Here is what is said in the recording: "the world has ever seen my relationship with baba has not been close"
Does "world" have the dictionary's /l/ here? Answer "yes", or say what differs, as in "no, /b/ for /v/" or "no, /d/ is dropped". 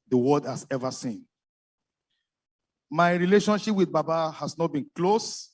no, /l/ is dropped